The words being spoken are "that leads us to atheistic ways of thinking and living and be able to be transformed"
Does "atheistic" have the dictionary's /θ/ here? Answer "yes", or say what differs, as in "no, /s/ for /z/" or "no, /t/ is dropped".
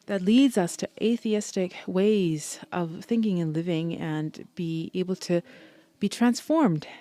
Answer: yes